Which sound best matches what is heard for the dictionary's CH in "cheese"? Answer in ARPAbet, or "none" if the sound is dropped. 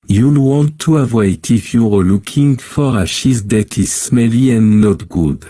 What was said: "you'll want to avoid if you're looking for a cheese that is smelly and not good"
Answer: SH